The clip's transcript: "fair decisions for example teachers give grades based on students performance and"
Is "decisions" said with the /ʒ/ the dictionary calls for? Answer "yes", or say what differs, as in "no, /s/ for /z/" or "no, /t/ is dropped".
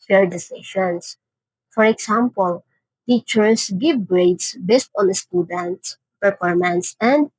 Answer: no, /ʃ/ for /ʒ/